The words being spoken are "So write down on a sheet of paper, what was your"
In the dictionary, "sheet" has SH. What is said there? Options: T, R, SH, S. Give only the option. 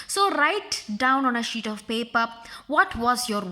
SH